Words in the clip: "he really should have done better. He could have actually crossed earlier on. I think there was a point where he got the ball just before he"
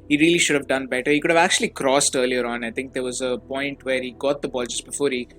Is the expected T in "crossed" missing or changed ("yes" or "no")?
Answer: no